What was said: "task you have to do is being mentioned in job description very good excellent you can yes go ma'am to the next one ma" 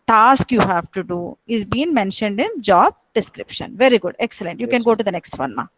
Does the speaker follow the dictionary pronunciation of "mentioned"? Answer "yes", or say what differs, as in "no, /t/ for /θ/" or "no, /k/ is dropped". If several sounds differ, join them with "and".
yes